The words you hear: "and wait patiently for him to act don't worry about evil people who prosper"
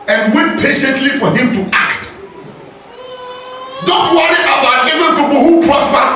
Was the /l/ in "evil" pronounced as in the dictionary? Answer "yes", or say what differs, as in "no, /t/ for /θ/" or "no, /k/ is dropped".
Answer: no, /n/ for /l/